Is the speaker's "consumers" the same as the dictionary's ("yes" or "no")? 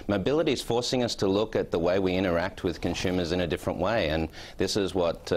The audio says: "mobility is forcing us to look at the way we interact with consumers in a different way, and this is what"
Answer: yes